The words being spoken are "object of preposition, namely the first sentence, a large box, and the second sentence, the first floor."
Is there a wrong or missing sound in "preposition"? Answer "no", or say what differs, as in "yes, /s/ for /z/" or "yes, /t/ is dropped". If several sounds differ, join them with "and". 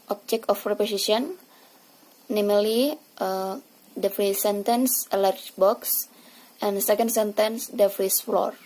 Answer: yes, /s/ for /z/